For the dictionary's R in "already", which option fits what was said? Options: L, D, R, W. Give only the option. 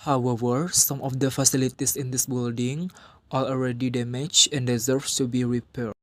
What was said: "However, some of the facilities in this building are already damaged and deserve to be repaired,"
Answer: R